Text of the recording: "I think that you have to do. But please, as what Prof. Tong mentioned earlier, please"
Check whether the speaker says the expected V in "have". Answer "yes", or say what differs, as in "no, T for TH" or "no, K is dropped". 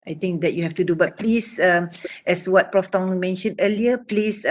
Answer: no, F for V